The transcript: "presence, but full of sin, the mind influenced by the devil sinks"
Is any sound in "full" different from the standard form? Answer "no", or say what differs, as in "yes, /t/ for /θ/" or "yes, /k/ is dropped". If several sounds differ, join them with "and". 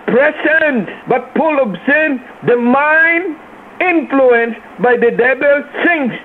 yes, /p/ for /f/